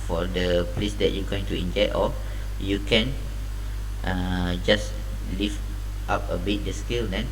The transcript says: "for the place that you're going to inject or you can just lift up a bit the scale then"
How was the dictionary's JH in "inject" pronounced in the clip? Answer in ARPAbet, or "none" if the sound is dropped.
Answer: JH